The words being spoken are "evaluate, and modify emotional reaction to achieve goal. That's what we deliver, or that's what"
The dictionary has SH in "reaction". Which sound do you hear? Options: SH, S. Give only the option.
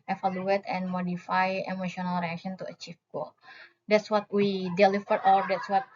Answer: S